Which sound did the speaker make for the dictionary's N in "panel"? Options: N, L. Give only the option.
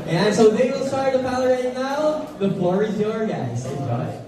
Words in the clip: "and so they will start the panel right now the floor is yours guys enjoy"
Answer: L